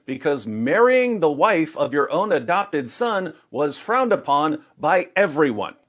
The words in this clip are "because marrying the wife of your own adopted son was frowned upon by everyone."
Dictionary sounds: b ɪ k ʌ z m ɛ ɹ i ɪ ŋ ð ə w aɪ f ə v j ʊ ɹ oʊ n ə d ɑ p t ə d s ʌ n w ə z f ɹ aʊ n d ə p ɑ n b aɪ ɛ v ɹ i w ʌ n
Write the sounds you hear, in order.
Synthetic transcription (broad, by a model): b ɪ k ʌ z m ɛ ɹ i ɪ ŋ ð ə w aɪ f ə v j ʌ ɹ oʊ n ə d ɑ p t ə d s ʌ n w ə z f ɹ aʊ n d ə p ɑ n b aɪ ɛ v ɹ i w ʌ n